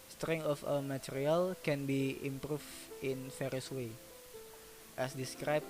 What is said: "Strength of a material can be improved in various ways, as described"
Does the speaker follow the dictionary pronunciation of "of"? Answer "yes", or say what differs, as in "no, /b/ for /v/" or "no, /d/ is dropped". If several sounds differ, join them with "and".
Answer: no, /w/ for /v/